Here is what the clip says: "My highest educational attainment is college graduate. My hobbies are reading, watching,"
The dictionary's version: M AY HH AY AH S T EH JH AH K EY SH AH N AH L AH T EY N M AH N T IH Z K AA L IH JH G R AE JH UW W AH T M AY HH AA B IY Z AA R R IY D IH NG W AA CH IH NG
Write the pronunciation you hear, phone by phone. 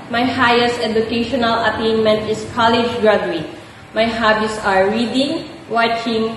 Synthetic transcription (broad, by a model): M AY HH AY AH S T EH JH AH K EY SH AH N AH L AH T EY N M AH N T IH S K AA L IH JH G R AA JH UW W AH M AY HH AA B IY S AA R R IY D IH NG W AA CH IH NG